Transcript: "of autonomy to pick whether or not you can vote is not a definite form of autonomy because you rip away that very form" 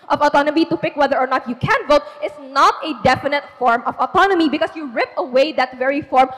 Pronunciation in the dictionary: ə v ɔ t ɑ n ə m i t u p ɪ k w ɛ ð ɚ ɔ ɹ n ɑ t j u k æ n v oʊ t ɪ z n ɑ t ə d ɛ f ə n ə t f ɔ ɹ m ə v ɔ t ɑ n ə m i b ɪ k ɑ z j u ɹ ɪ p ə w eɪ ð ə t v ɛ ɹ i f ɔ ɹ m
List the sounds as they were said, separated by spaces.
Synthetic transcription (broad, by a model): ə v ɔ t ɑ n ə m i t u p ɪ k w ɛ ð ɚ ɔ ɹ n ɑ t j u k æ n v oʊ t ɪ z n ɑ t ə d ɛ f ə n ə t f ɔ ɹ m ə v ɔ t ɑ n ə m i b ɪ k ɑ s j u ɹ ɪ p ə w eɪ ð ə t v ɛ ɹ i f ɔ ɹ m